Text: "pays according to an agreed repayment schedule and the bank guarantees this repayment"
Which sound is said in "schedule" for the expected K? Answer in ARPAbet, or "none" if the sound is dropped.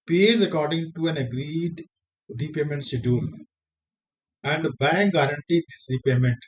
none